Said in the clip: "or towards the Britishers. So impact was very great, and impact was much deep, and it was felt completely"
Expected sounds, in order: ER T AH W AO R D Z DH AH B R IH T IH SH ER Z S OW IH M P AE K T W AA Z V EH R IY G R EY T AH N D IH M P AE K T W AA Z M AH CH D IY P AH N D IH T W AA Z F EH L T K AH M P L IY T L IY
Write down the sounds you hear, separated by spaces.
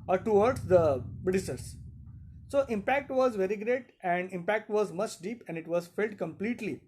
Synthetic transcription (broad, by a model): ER T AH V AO R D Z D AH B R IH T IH S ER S S OW IH M P AE K T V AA Z V EH R IY G R EY T AH N D IH M P AE K T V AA Z M AH CH D IY P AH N D IH T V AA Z F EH L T K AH M P L IY T L IY